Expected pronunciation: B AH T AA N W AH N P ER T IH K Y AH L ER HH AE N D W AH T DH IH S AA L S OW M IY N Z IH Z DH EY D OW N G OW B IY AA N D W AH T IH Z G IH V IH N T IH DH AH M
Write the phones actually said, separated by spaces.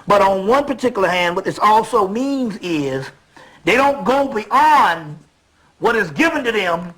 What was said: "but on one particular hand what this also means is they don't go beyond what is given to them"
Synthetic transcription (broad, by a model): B AH T N W AH N P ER T IH K Y L ER HH AE N D W AH T DH IH S AA L S OW M IY N Z IH Z DH EY D OW N G OW B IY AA N D W AH T IH Z G IH V IH N T IH DH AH M